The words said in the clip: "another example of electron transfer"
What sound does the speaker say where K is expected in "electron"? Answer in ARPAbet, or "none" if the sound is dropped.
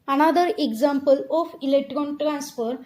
K